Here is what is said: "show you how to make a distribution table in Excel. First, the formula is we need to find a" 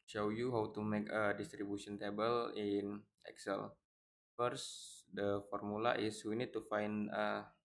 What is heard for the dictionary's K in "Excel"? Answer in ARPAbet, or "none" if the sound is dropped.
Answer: K